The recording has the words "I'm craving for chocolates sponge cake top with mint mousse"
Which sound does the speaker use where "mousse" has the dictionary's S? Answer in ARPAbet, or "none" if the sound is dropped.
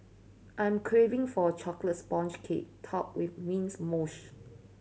SH